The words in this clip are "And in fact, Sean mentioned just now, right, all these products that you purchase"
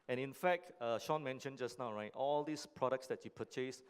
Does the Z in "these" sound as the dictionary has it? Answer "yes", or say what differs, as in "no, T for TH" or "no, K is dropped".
no, S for Z